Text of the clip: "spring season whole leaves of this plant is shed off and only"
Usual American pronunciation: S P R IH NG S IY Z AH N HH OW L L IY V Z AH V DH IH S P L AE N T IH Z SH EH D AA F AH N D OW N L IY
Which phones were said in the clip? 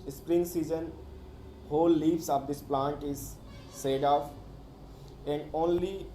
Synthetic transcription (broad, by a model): S P R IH NG S IY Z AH N HH OW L L IY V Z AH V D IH S P L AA N T IH Z S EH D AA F AH N D OW N L IY